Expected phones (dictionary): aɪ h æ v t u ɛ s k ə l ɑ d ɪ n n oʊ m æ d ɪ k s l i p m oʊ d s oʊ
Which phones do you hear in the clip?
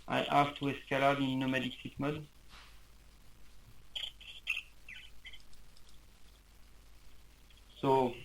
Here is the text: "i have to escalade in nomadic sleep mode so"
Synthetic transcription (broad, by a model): aɪ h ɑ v t u ɛ s k ə l ɑ d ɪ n n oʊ m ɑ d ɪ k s i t m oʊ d s oʊ